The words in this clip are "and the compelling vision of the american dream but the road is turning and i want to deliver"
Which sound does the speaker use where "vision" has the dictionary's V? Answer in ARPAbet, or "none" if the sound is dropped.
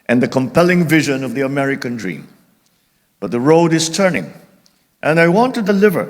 V